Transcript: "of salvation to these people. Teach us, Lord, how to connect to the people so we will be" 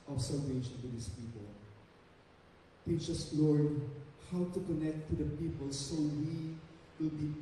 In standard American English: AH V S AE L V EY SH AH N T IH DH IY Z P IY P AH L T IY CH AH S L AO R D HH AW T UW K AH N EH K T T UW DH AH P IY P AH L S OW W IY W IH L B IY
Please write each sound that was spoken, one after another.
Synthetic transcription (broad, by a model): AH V S AE L V EY SH AH N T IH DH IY S P IY P AH L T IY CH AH S L AO R D HH AW T UW K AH N EH K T T UW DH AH P IY P AH L S OW W IY W IH L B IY